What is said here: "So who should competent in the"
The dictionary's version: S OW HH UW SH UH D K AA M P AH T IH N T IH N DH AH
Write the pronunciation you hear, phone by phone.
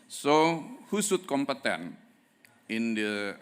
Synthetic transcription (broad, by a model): S OW HH UW S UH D K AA M P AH T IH N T IH N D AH